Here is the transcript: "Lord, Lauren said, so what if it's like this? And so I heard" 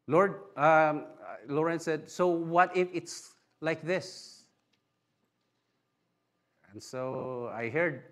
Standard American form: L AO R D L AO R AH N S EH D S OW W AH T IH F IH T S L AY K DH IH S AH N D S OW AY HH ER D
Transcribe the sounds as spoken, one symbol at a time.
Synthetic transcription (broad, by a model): L AO R D L AO R AH N S EH D S OW W AH T IH F IH T S L AY K DH IH S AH N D S OW AY HH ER D